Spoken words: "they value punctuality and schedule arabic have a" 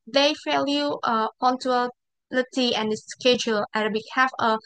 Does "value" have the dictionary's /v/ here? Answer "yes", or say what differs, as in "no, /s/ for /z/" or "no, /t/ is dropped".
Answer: no, /f/ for /v/